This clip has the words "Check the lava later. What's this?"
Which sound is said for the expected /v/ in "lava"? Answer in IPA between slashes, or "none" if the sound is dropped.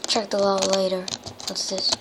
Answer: none